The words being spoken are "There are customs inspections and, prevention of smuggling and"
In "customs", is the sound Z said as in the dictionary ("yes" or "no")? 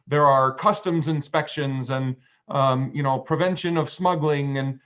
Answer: yes